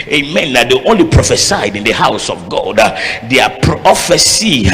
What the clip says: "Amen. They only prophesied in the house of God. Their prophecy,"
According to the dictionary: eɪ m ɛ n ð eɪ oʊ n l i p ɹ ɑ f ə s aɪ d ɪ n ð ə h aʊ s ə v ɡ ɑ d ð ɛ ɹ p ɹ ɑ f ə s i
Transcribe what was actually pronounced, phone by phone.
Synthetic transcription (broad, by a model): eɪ m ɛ n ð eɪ oʊ n l i p ɹ ɑ f ə s aɪ d ɪ n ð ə h aʊ s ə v ɡ ɑ d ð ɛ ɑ p ɹ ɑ f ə s i